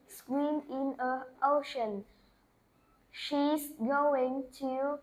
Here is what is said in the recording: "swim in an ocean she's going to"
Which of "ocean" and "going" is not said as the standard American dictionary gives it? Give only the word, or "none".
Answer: none